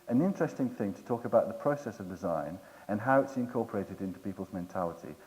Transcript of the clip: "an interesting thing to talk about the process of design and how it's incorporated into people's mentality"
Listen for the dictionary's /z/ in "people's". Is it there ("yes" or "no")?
yes